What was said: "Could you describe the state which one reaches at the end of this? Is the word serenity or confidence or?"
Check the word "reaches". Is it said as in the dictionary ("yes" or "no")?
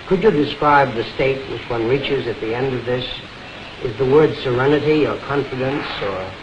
yes